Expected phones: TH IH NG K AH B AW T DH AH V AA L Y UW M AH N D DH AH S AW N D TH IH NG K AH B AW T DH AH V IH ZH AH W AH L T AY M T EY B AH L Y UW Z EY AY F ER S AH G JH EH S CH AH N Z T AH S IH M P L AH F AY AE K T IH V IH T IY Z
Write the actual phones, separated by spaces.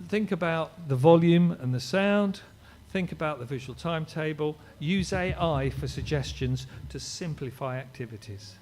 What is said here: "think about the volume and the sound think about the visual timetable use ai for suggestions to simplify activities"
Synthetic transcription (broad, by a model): TH IH NG K AH B AW T DH AH V AA L Y UW M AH N DH AH S AW N D TH IH NG K AH B AW T DH AH V IH ZH AH W AH L T AY M T EY B AH L Y UW Z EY AY F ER S AH G JH EH S CH AH N Z T AH S IH M P L AH F AY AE K T IH V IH T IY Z